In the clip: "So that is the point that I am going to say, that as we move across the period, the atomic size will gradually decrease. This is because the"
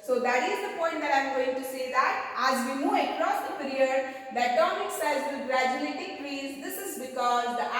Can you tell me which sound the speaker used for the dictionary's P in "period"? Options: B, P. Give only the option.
P